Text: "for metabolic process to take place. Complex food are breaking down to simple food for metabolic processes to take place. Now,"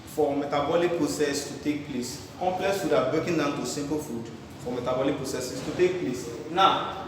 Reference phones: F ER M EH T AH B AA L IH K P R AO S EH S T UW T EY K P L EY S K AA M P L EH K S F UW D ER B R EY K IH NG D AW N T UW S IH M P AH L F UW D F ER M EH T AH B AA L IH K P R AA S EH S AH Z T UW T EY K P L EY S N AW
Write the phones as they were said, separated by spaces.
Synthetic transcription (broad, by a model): F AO M EH T AH B AA L IH K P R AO S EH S T UW T EY K P L EY S K AA M P L EH K S F UW D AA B EY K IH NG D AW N T UW S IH M P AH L F UW D F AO M EH T AH B AA L IH K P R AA S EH S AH S T UW T EY K P L EY S N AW